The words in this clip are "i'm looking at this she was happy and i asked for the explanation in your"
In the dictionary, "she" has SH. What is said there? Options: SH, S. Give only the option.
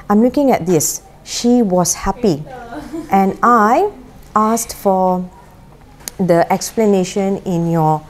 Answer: SH